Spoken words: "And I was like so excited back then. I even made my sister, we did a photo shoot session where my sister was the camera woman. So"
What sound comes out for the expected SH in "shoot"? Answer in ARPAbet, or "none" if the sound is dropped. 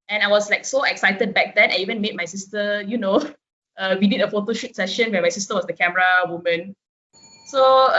SH